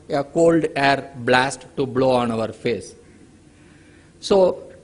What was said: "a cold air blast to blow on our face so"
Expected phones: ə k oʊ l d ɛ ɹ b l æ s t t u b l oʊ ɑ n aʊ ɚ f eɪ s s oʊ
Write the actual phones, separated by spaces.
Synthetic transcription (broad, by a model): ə k oʊ l d ɛ ɹ b l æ s t t u b l oʊ ɑ n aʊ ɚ f eɪ s s oʊ